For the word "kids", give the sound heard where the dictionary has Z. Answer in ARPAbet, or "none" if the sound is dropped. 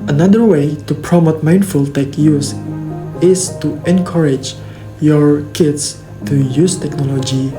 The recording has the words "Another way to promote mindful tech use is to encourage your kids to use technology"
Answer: S